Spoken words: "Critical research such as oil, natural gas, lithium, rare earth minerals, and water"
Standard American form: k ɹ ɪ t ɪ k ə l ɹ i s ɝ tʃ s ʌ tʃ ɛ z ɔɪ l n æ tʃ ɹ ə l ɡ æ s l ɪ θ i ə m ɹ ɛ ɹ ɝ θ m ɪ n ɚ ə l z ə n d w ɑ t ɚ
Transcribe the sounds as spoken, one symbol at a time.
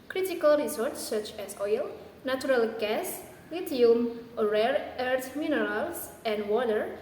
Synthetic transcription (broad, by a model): k ɹ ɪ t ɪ k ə l ɹ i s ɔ s s ʌ tʃ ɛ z ɔɪ l n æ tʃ ɹ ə l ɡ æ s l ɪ t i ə m ɹ ɛ ɹ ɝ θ m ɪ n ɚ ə l s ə n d w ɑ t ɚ